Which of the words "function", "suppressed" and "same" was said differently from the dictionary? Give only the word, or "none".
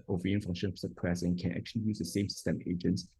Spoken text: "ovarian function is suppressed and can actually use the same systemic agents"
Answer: suppressed